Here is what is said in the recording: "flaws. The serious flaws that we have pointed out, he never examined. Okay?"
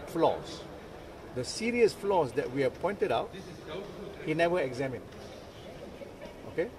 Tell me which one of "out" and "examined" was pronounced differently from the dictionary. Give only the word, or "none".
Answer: examined